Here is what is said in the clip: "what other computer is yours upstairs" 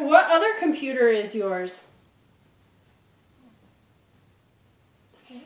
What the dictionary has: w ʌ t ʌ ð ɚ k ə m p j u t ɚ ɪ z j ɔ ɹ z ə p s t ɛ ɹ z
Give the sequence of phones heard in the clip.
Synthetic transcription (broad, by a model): w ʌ t ʌ ð ɚ k ə m p j u t ɚ ɪ z j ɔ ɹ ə ɹ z